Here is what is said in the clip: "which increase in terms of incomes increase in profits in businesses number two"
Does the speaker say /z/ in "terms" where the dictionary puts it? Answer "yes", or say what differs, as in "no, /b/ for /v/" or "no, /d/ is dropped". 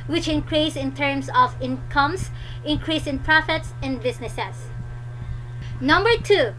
no, /s/ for /z/